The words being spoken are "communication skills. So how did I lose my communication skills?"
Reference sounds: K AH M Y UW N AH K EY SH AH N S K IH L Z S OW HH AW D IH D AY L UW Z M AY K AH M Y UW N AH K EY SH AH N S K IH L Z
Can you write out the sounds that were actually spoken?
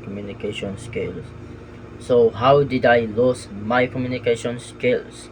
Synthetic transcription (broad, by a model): K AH M Y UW N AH K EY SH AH N S K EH L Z S OW HH AW D IH D AY L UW S M AY K AH M Y UW N AH K EY SH AH N S K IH L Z